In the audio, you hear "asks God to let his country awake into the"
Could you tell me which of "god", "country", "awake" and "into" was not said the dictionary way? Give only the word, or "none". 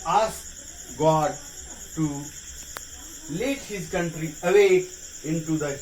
awake